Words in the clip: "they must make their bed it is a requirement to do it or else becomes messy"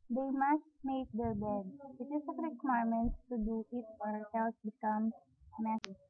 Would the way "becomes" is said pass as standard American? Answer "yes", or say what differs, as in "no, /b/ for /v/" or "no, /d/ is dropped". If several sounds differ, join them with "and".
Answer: no, /z/ is dropped